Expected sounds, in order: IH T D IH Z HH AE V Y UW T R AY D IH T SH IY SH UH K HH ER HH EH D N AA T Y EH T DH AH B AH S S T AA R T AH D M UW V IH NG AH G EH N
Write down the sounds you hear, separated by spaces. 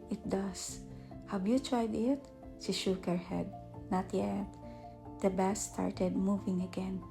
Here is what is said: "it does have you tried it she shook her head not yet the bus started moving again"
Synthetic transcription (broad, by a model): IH T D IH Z HH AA W Y UW T R AY D IH T SH IY SH UH K HH ER HH EH D N AA T Y EH T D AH B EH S S T AA R T AH D M UW V IH NG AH G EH N